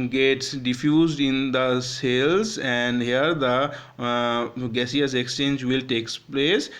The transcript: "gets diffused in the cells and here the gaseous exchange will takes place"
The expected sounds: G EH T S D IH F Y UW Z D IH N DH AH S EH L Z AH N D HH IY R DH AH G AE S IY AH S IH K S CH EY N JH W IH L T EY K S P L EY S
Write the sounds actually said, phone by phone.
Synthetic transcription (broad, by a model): G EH T S D IH F Y UW Z D IH N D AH S EH L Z AH N D HH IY R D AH G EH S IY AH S IH K S CH EY N JH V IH L T EY K S P L EY S